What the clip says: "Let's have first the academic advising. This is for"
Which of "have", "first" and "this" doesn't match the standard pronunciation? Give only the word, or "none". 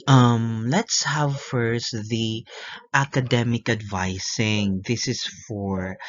none